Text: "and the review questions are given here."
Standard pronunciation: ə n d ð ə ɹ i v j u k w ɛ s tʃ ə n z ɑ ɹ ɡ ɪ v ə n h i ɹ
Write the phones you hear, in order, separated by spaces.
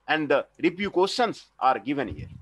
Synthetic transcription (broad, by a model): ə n d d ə ɹ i p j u k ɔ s ə n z ɑ ɹ ɡ ɪ v ə n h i ɹ